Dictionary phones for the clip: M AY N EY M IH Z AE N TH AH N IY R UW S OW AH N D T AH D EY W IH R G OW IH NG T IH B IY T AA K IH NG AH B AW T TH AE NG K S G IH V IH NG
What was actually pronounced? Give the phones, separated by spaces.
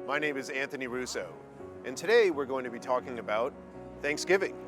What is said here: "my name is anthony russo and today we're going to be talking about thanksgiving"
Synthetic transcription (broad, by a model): M AY N EY M IH Z AE N TH AH N IY R UW S OW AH N T AH D EY W IH R G OW IH NG T IH B IY T AA K IH NG AH B AW T TH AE NG K S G IH V IH NG